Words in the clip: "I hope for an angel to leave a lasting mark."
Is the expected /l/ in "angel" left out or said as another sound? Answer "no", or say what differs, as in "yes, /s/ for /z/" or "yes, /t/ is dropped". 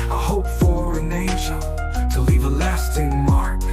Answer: yes, /n/ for /l/